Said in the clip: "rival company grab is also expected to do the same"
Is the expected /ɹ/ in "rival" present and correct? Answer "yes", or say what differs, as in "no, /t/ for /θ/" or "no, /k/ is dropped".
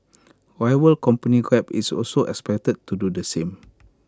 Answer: no, /w/ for /ɹ/